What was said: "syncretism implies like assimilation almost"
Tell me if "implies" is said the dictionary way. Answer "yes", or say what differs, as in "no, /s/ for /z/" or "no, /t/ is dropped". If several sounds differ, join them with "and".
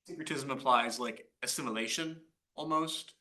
no, /m/ is dropped